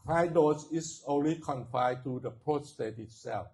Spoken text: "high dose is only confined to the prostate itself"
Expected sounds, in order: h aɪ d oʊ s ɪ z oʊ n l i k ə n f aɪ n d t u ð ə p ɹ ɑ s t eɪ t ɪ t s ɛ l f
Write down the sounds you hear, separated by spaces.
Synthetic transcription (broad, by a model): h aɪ d oʊ s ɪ s oʊ n l i k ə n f aɪ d t u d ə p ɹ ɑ s t eɪ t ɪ t s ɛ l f